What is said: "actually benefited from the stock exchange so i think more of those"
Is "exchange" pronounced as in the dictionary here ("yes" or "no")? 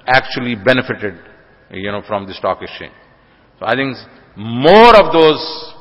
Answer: no